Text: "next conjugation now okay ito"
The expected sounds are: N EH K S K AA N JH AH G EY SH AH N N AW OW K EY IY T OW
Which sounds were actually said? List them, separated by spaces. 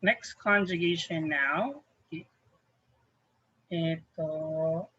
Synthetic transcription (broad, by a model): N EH K S K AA N JH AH G EY SH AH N N AW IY EY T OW